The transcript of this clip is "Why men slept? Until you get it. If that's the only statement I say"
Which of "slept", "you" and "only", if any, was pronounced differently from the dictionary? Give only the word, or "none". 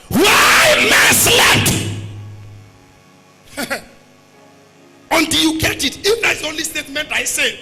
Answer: slept